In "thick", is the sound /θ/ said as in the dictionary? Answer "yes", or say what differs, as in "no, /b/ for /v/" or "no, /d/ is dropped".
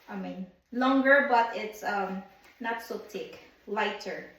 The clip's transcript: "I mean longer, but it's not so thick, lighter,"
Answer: no, /t/ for /θ/